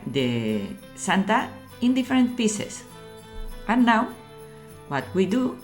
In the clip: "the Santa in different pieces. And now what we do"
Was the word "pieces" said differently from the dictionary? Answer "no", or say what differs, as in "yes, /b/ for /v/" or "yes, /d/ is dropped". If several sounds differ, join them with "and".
yes, /s/ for /z/